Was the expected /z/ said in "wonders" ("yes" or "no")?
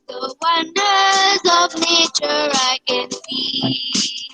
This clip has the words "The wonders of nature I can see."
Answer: yes